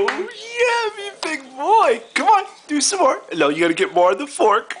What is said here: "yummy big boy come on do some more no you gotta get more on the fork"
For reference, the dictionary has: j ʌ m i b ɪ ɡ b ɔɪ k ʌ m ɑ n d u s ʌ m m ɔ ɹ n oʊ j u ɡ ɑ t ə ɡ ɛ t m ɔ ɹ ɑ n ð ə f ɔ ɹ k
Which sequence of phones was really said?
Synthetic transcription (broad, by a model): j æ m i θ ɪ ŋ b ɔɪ k ʌ m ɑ n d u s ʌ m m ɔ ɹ l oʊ j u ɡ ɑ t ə ɡ ɛ t m ɔ ɹ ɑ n ð ə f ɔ ɹ k